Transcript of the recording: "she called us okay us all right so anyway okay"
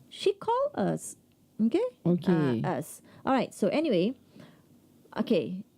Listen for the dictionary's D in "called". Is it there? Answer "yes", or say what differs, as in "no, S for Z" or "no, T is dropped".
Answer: no, D is dropped